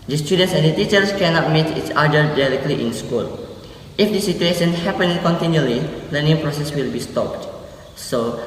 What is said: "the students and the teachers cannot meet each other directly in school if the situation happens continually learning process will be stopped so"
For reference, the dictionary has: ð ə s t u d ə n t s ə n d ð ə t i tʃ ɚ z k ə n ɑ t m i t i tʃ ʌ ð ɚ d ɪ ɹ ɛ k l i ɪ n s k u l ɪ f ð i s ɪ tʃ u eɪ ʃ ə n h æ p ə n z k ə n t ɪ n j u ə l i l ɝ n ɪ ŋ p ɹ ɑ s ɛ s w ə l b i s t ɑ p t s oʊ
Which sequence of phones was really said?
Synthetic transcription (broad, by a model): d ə s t u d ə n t s ə n d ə t i tʃ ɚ s k ə n ɑ t m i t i s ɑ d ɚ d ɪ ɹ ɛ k l i ɪ n s k u l ɪ f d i s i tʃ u eɪ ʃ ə n h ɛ p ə n k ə n t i n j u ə l i l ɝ n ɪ ŋ p ɹ ɑ s ɛ s w ə l b i s t ɑ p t s oʊ